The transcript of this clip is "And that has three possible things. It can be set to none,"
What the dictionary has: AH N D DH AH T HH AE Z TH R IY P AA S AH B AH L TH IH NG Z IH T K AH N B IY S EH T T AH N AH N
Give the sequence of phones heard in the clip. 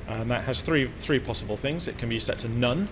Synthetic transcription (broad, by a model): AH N DH AH T HH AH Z TH R IY P AA S AH B AH L TH IH NG Z IH T K AH N B IY S EH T T AH N AH N